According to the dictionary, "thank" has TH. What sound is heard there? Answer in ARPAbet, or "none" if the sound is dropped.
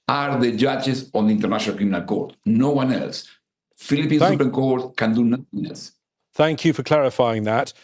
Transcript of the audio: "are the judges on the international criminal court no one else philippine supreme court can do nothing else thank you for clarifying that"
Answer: TH